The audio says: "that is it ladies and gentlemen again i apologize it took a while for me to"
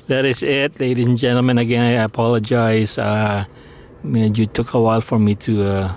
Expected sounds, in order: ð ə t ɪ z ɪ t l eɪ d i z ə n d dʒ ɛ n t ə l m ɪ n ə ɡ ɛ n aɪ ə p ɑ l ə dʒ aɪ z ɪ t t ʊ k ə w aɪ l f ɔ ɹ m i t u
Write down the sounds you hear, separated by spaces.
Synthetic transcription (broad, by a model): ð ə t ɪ s ɪ t l eɪ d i s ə n dʒ ɛ n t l m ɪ n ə ɡ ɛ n aɪ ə p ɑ l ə dʒ aɪ s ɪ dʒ t ʊ k ə w aɪ l f ɔ ɹ m i t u